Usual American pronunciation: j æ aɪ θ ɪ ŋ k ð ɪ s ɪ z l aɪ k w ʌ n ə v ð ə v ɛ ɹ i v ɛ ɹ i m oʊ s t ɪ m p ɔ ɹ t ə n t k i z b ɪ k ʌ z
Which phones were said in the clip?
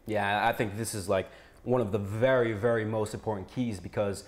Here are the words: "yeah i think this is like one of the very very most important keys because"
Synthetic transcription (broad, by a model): j æ aɪ θ ɪ ŋ k ð ɪ s ɪ z l aɪ k w ʌ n ə v ð ə v ɛ ɹ i v ɛ ɹ i m oʊ s t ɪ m p ɔ ɹ t n k i z b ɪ k ʌ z